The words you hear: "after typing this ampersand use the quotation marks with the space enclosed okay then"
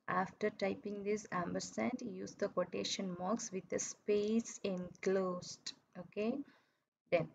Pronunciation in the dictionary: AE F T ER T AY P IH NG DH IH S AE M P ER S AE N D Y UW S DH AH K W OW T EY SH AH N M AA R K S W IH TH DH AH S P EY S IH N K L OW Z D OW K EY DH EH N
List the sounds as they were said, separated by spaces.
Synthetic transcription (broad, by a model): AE F T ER T AY P IH NG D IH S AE M B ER S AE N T Y UW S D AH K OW T EY SH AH N M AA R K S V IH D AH S P EY S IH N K L OW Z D OW K EY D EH N